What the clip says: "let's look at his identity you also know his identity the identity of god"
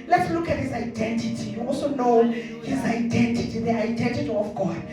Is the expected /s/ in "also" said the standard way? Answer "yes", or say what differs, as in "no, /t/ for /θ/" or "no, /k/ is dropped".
no, /s/ is dropped